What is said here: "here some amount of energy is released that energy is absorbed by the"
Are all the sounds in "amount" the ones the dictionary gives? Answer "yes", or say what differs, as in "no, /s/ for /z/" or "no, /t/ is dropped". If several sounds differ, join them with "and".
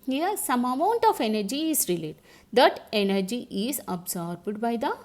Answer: yes